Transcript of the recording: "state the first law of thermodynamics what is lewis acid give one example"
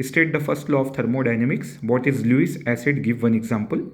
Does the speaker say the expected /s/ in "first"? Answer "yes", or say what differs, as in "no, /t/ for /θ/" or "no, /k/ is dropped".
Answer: yes